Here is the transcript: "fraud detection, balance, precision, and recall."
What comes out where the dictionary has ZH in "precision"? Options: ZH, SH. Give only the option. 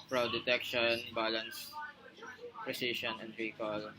SH